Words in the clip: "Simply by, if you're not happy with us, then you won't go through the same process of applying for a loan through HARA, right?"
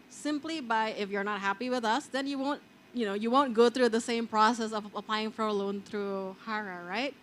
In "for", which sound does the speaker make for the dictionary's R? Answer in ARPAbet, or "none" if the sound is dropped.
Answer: R